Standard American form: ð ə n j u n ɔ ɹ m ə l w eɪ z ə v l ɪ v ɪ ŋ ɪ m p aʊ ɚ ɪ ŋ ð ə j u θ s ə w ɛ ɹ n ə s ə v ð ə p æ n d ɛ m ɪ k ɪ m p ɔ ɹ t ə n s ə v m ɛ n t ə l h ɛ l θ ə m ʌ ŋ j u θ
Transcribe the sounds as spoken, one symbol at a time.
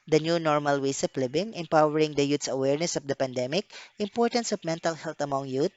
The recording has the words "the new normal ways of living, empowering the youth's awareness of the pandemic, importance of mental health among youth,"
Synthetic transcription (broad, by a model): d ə n j u n ɔ ɹ m ə l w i s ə p l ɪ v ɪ ŋ ɪ m p aʊ ɚ ɪ ŋ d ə j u t s ə w ɛ ɹ n ə s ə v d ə p æ n d ɛ m ɪ k ɪ m p ɔ ɹ t ə n s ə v m ɛ n t ə l h ɛ l t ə m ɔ ŋ j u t